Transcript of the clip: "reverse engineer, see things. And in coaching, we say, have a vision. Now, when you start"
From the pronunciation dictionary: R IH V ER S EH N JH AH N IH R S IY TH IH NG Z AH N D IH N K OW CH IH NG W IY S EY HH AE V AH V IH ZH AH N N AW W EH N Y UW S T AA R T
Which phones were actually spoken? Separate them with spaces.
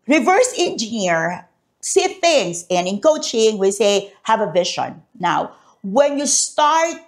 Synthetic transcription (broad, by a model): R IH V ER S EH N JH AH N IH R S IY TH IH NG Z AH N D IH N K OW CH IH NG W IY S EY HH AE V AH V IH SH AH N N AW W EH N Y UW S T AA R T